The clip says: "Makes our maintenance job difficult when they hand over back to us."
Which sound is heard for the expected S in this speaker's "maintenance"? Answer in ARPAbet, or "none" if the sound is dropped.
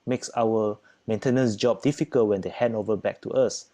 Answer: S